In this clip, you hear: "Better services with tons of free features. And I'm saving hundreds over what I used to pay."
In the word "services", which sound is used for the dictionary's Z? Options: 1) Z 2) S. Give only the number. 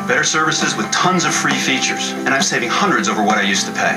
1